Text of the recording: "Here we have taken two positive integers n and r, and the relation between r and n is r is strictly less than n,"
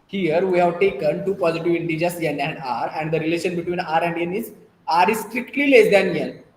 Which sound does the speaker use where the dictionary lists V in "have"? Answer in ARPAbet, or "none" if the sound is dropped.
V